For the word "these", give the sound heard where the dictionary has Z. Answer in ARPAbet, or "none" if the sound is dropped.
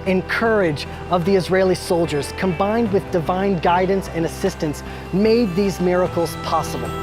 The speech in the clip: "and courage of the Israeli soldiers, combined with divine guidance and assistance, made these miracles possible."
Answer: Z